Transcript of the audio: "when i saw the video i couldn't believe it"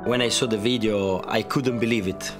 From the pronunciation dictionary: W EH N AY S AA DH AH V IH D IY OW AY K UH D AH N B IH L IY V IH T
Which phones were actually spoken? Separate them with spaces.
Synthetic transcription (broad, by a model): W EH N AY S AA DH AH V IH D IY OW AY K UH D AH N B IH L IY V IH T